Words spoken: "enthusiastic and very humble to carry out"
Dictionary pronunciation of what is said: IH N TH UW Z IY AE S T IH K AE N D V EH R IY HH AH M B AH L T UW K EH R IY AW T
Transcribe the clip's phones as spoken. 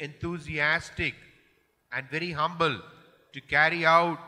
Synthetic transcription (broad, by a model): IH N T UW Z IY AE S T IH K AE N D V EH R IY HH AH M B AH L T UW K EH R IY AW T